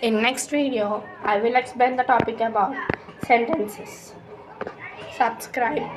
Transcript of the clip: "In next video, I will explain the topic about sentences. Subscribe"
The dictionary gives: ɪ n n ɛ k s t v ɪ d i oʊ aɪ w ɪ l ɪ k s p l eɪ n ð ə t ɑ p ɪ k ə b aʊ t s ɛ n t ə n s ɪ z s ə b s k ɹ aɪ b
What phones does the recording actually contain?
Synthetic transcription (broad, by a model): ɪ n n ɛ k s t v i d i oʊ aɪ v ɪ l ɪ k s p eɪ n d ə t ɑ p ɪ k ə b aʊ t s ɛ n t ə n s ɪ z s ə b s k ɹ aɪ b